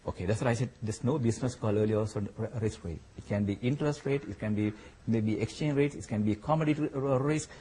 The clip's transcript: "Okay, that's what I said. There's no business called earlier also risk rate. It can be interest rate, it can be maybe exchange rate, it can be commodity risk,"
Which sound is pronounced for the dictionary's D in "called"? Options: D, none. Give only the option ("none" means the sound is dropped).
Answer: none